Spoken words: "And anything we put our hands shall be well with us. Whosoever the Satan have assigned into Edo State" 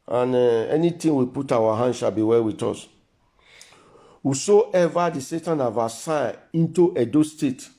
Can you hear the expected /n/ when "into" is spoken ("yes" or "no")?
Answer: no